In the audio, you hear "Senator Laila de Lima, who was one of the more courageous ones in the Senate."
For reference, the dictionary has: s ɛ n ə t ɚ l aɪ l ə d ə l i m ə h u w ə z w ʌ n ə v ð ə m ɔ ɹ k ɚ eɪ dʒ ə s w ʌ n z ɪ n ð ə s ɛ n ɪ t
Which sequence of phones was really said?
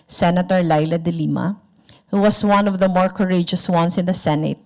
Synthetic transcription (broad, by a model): s ɛ n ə t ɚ l aɪ l ə d ə l i m ə h u w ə s w ʌ n ə v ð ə m ɔ ɹ k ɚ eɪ dʒ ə s w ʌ n s ɪ n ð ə s ɛ n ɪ t